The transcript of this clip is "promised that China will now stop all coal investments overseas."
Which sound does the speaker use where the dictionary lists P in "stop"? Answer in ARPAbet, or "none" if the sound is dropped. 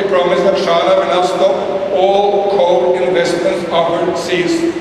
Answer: none